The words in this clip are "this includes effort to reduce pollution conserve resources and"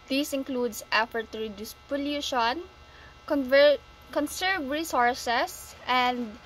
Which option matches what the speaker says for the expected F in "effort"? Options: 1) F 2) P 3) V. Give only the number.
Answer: 1